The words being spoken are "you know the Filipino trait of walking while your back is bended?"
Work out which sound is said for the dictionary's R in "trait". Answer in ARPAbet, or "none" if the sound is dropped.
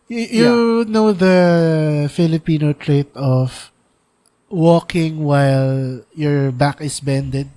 R